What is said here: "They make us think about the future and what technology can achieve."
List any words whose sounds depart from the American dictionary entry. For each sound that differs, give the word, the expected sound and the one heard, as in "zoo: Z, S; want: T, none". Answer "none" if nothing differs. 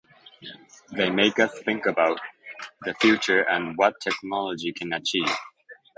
none